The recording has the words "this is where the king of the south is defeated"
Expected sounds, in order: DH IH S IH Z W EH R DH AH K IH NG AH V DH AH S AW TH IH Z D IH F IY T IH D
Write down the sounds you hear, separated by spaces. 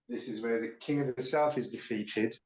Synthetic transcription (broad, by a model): DH IH S IH Z W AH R DH AH K IH NG AH V DH AH S AW TH IH Z D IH F IY T IH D